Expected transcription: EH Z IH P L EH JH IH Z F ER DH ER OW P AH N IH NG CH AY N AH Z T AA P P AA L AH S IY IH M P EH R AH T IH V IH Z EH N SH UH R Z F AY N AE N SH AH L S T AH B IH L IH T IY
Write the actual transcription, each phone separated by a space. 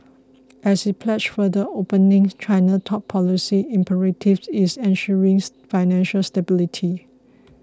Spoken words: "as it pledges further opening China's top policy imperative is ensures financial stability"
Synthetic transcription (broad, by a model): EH S IH P L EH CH F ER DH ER OW P AH N IH NG CH AY N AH T AA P P AA L AH S IY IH M P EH R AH T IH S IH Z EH N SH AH R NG F AY N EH N SH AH L S T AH B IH L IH T IY